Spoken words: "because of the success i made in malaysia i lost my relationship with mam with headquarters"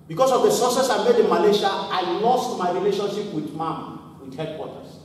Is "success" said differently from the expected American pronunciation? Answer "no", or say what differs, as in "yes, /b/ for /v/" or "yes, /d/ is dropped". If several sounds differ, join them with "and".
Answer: yes, /k/ is dropped